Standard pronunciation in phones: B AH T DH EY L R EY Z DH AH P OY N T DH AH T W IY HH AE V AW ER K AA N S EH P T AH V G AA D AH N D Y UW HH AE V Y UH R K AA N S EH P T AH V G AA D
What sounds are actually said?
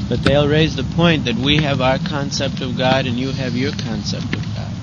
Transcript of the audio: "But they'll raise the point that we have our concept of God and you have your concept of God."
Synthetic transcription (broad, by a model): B AH T DH EY L R EY Z DH AH P OY N DH AH T W IY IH V AW ER K AA N S EH P T AH V G AA D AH N Y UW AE V Y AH R K AA N S EH P T AH V G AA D